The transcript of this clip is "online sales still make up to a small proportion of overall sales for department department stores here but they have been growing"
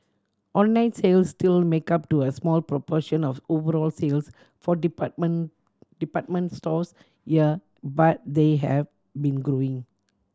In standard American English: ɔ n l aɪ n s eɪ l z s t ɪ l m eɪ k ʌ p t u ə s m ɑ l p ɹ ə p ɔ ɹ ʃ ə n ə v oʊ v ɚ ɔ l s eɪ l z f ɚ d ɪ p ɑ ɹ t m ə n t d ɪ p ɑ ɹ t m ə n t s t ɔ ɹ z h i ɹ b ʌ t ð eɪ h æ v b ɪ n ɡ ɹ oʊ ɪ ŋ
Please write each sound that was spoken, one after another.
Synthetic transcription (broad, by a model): ɔ n l aɪ n s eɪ l s t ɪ l m eɪ k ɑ p t u ə s m ɑ l p ɹ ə p ɔ ʃ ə n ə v oʊ v ɚ ɔ l s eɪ l s f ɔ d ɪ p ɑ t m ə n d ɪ p ɑ t m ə n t s t ɔ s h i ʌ b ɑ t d eɪ h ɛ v b ɪ n ɡ ɹ oʊ ɪ ŋ